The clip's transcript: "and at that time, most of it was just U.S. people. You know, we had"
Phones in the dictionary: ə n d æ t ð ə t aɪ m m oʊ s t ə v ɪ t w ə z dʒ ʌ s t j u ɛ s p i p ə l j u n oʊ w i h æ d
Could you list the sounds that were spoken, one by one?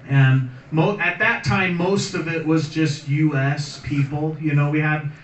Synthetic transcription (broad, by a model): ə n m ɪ t ð ə t aɪ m m oʊ s t ə v ɪ t w ə z dʒ ʌ s t j u ɛ s p i p l j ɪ n oʊ w i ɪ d